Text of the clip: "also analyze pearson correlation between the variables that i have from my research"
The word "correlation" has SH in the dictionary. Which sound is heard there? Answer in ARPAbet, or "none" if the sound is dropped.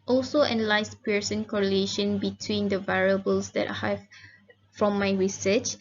SH